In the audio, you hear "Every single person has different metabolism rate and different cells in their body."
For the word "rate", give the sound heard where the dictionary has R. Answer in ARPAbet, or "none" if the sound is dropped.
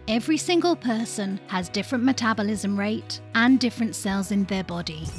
R